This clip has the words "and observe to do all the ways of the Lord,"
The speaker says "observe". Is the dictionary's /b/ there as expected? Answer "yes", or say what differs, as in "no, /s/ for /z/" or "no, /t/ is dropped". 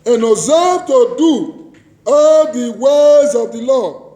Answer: no, /b/ is dropped